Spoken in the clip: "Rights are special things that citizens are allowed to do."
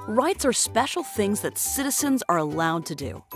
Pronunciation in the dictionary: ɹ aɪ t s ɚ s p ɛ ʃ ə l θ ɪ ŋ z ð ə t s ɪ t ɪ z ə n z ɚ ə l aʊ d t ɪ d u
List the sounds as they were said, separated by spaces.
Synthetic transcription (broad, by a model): ɹ aɪ t s ɚ s p ɛ ʃ l θ ɪ ŋ z ð ə t s ɪ t ɪ z ə n z ɚ ə l aʊ d t ɪ d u